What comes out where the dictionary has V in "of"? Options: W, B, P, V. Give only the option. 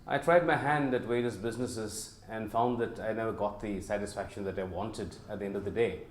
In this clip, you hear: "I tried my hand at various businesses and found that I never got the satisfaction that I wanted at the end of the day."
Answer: V